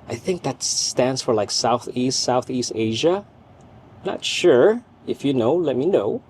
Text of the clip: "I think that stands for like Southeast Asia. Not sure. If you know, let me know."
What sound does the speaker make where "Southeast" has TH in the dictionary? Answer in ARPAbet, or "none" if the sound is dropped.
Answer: TH